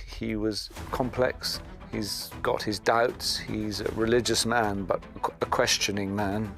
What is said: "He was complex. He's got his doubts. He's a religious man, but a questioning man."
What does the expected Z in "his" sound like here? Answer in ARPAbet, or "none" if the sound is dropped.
Z